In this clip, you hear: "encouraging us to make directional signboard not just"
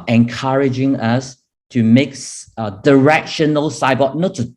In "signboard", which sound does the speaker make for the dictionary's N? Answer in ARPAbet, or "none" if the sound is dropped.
none